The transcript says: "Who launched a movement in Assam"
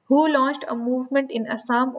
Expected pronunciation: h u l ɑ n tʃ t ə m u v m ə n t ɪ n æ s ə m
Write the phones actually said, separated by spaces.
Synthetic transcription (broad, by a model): h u l ɑ n tʃ t ə m u v m ə n t ɪ n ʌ s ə m